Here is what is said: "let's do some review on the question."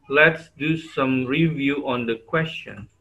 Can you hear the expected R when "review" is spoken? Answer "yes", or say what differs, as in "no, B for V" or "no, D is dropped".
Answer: yes